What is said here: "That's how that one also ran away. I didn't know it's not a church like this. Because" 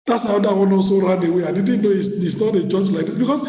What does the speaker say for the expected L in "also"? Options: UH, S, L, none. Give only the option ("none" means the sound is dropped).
none